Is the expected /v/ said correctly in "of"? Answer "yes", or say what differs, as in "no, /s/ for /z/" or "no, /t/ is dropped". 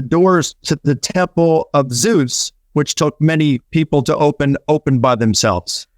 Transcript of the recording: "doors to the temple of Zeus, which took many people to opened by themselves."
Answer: yes